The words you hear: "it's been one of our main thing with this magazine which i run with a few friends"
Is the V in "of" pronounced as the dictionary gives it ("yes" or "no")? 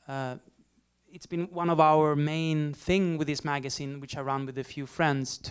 yes